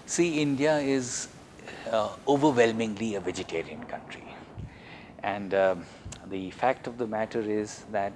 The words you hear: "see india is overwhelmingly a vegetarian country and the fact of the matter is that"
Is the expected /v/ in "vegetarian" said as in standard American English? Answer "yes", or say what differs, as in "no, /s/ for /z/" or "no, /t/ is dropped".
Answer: yes